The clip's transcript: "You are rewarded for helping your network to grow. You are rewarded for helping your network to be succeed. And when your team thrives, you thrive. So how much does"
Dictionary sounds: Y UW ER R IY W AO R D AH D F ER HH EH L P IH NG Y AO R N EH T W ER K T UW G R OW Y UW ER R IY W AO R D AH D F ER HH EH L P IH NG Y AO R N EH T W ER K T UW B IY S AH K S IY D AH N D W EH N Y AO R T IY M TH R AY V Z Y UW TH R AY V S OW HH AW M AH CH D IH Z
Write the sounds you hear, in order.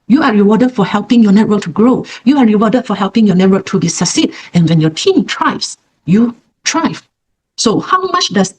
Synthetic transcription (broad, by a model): Y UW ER R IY W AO D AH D F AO HH EH L P IH NG Y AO N EH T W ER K T UW G R OW Y UW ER R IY W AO D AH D F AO HH EH L P IH NG Y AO N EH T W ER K T UW B IY S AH S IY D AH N W EH N Y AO T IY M T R AY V S Y UW T R AY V S OW HH AW M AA CH D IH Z